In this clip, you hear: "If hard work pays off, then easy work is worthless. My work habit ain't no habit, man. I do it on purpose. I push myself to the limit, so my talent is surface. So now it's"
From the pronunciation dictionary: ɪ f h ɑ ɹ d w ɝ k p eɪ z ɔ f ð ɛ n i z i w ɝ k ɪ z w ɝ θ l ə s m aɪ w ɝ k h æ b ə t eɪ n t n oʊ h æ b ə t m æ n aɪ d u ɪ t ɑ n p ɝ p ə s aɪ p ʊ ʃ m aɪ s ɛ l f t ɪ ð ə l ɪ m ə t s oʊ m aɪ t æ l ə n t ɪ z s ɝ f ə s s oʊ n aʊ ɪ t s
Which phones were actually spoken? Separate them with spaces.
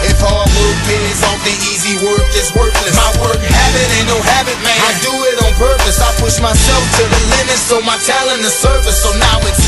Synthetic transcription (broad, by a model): ɪ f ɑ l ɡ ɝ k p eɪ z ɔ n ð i i z i w ɝ k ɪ s w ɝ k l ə m aɪ w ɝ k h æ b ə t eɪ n n oʊ h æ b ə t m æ aɪ d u ɪ t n p ɝ p ə s aɪ p ʊ ʃ m aɪ s ɛ l f t ɪ ð ə l ɪ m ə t s oʊ m aɪ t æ l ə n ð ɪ s ɝ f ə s s oʊ n aʊ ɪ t